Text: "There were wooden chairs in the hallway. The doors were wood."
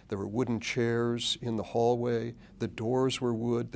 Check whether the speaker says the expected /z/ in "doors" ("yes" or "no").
yes